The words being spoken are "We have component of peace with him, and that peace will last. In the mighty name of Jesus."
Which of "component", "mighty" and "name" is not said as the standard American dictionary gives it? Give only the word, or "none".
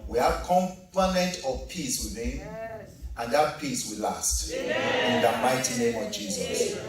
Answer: component